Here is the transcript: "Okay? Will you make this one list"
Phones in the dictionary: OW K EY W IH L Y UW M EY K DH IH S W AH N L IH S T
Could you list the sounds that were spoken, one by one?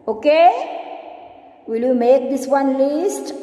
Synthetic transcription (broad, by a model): OW K EY W IH L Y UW M EY K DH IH S W AH N L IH S T